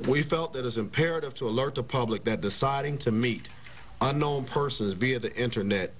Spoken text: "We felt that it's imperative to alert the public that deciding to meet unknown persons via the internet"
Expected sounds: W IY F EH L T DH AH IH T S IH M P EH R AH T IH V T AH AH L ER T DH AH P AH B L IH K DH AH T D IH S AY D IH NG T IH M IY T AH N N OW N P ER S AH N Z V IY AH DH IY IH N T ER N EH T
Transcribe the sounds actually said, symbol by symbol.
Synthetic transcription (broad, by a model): W IY F EH L T DH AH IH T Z IH M P EH R AH T IH V T AH AH L ER T DH AH P AH B L IH K DH AH T D IH S AY D IH NG T IH M IY T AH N N OW N P ER S AH N Z V IY AH DH IY IH N T ER N EH T